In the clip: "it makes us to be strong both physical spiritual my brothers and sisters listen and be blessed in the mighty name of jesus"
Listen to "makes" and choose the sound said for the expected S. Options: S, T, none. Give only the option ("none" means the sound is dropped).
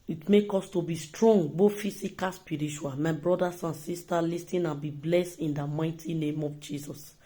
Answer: none